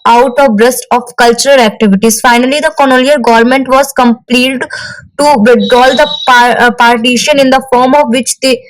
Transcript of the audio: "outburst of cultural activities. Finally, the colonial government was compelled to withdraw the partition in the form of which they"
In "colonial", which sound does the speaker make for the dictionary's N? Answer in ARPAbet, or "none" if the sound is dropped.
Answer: L